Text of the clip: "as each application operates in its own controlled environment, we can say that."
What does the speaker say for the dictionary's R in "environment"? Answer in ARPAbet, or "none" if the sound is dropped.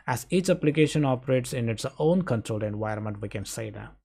none